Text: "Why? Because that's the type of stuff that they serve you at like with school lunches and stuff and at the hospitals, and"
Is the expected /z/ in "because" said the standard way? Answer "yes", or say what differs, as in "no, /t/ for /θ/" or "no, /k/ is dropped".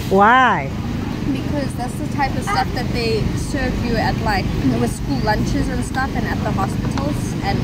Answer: yes